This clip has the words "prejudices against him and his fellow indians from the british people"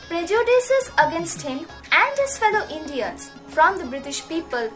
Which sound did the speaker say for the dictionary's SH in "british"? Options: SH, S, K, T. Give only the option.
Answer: SH